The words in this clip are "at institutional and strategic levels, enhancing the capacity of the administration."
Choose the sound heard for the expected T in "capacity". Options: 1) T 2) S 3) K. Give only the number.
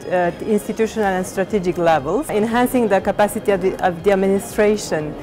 1